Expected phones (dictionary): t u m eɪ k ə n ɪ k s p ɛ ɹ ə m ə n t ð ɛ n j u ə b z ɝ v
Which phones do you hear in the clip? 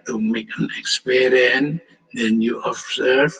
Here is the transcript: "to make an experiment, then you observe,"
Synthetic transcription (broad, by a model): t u m eɪ k ə n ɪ k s p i ɹ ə ə n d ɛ n j u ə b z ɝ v